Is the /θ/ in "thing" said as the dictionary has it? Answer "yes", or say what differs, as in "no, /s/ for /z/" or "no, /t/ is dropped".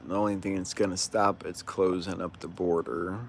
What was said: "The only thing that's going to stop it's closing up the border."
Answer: yes